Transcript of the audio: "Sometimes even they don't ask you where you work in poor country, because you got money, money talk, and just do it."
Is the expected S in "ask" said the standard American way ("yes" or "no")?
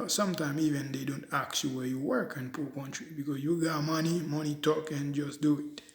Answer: no